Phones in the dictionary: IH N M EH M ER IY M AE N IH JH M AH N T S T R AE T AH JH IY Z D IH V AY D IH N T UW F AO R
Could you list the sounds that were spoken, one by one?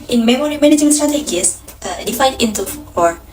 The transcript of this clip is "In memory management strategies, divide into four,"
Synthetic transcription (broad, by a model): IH N M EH M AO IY M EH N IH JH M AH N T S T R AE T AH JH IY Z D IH F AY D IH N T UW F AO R